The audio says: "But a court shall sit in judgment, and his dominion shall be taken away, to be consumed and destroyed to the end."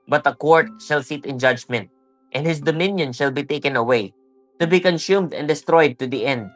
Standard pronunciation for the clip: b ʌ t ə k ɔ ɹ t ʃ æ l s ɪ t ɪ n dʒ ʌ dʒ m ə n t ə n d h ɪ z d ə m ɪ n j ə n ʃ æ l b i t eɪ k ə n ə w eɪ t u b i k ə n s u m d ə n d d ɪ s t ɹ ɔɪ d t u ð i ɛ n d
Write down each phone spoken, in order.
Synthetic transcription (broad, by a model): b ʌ t ə k ɔ ɹ t ʃ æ l s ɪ t ɪ n dʒ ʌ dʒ m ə n t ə n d h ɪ s d ə m ɪ n j ə n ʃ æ l b i t eɪ k ə n ə w eɪ t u b i k ə n s u m d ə n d d ɪ s t ɹ ɔɪ d t u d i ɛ n d